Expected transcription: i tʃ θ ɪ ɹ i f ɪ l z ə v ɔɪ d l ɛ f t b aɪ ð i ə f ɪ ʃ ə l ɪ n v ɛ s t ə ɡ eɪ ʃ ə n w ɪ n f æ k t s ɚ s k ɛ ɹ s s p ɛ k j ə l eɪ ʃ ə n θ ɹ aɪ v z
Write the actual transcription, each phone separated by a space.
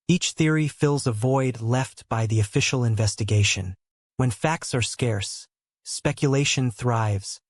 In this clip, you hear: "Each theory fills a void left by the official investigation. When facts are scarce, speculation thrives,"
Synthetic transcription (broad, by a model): i tʃ θ ɪ ɹ i f ɪ l z ə v ɔɪ d l ɛ f t b aɪ ð i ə f ɪ ʃ l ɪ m v ɛ s t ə ɡ eɪ ʃ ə n w ɪ n f æ k t s ɚ s k ɛ ɹ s s p ɛ k j ə l eɪ ʃ ə n θ ɹ aɪ v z